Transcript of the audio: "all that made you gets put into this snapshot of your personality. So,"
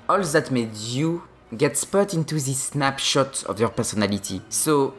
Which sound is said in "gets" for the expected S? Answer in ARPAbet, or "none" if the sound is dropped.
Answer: S